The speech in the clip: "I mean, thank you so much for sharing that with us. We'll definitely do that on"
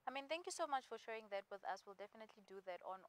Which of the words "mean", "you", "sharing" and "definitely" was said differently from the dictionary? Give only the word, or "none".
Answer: sharing